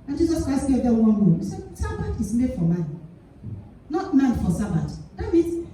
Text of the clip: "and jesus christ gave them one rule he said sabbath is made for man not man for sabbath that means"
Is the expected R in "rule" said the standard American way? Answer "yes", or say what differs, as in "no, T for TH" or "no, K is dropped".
no, W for R